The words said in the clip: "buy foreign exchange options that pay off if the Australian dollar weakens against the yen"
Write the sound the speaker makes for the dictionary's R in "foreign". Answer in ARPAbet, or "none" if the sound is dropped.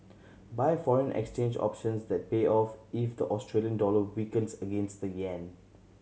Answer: R